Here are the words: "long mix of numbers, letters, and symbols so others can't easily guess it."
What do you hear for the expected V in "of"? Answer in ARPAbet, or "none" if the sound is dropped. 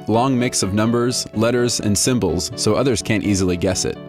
V